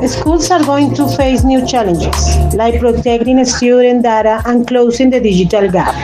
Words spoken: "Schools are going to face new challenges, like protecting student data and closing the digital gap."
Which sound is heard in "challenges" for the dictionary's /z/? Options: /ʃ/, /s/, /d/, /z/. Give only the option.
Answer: /s/